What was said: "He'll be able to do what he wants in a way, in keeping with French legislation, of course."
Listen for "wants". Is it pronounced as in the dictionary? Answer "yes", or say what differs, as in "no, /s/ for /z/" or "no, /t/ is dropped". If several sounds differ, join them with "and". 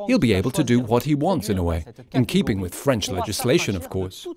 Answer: yes